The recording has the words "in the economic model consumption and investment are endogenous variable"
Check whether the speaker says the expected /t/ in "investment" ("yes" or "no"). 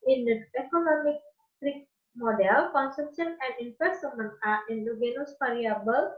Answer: no